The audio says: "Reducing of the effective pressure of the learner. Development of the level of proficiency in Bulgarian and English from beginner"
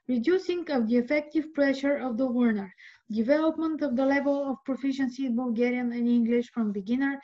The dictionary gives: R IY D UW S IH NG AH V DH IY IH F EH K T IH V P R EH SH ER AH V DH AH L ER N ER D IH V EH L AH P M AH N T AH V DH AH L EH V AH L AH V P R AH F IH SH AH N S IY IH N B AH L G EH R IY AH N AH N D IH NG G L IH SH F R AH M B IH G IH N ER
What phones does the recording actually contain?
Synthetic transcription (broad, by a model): R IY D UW S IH NG AH V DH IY IH F EH K T IH V P R EH SH ER AH V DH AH W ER N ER D IH V EH L AH P M AH N T AH V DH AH L EH V AH L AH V P R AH F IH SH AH N S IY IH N B AH L G EH R IY AH N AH N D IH NG G L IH SH F R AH M B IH G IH N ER